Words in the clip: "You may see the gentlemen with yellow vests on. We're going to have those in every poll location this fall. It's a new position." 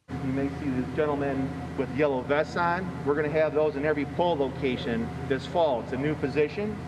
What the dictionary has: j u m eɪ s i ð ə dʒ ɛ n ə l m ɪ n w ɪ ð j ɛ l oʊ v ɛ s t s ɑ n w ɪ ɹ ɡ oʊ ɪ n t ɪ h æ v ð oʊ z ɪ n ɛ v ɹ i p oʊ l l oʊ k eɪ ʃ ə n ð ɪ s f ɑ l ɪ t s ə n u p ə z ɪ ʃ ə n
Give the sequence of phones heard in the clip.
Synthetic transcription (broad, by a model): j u m eɪ s i ð ə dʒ ɛ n l m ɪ n w ɪ ð j ɛ l oʊ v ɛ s s ɑ n w ɪ ɹ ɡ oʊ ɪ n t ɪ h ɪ v ð oʊ z ɪ n ɛ v ɹ i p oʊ l l oʊ k eɪ ʃ ə n ð ɪ s f ɑ l ɪ t s ə n u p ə z ɪ ʃ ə n